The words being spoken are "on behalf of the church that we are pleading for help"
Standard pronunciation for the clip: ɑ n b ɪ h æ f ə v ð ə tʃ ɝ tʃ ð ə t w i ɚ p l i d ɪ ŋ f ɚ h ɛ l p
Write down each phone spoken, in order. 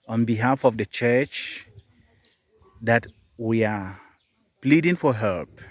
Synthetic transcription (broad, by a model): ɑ n b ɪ h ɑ f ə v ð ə tʃ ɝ tʃ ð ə t w i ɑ p l i d ɪ ŋ f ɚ h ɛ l p